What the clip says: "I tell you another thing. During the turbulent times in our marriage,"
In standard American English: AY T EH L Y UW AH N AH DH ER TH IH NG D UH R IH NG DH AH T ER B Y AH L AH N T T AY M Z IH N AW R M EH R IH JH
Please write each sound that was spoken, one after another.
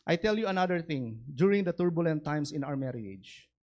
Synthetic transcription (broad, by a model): AY T EH L Y UW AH N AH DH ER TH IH NG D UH R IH NG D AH T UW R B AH L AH N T T AY M S IH N AW R M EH R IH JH